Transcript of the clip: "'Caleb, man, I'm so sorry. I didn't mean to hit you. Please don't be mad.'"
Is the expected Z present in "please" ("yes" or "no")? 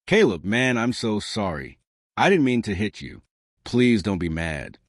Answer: yes